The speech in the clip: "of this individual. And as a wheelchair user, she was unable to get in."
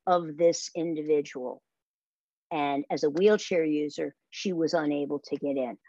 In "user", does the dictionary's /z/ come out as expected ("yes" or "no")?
yes